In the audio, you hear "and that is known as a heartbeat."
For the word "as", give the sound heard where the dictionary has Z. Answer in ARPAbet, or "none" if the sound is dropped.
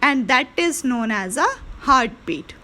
Z